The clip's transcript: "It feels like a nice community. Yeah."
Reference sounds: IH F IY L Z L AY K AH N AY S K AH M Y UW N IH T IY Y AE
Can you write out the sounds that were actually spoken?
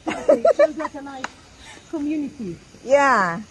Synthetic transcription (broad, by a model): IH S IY Z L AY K AH N AY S K AH M Y UW N IH T IY Y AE